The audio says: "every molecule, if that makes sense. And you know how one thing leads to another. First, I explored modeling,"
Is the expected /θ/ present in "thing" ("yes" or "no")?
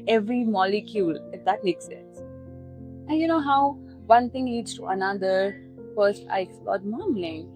no